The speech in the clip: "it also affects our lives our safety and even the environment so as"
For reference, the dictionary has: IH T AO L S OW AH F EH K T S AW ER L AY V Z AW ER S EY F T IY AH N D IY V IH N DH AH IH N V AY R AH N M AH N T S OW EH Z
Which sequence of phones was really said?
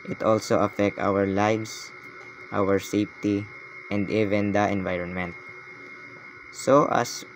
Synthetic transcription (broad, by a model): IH T AO L S OW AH F EH K T AW ER L AY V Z AW ER S EY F T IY AH N D IY V IH N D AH IH N V AY R AH N M AH N T S OW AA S